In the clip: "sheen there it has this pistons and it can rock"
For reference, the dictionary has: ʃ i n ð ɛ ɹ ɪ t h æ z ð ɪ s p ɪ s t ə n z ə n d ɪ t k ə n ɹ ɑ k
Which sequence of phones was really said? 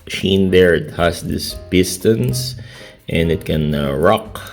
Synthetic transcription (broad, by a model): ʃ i n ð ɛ ɹ ɪ t h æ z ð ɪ s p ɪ s t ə n s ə n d ɪ t k ə n ɹ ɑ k